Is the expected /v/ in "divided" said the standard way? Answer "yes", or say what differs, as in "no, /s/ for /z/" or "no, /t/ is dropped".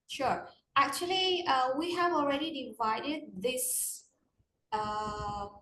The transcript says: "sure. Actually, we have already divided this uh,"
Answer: yes